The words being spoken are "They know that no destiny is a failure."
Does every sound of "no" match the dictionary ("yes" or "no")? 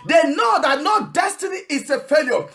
yes